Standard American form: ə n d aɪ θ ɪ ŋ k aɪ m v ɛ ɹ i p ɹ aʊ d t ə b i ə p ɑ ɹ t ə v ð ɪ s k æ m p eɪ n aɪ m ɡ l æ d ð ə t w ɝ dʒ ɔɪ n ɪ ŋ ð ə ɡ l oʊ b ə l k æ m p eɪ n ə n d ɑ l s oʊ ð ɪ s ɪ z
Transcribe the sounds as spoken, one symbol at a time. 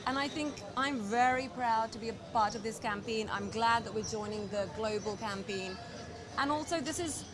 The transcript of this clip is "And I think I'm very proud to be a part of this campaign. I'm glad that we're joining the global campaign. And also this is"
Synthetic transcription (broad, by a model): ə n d aɪ θ ɪ ŋ k aɪ m v ɛ ɹ i p ɹ aʊ d t ə b i ə p ɑ ɹ t ə v ð ɪ s k æ m p eɪ n aɪ m ɡ l æ d ð ə t w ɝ dʒ ɔɪ n ɪ ŋ ð ə ɡ l oʊ b ə l k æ m p eɪ n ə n ɑ l s oʊ ð ɪ s ɪ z